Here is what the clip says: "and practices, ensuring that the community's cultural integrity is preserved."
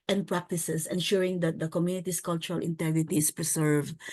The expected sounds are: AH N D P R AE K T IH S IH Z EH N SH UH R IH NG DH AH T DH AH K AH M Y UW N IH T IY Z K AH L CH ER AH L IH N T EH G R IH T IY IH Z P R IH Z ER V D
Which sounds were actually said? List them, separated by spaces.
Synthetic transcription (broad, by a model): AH N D P R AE K T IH S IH S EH N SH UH R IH NG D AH T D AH K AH M Y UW N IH T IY S K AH L CH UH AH L IH N T EH G R IH T IY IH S P R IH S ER V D